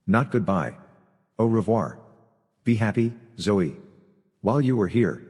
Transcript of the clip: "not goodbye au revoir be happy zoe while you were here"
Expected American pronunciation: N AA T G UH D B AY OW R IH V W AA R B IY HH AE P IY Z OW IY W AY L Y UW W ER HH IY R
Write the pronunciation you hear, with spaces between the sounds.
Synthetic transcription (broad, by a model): N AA T G UH D B AY OW R IH V W AA R B IY HH AE P IY Z OW IY W AY L Y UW W ER HH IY R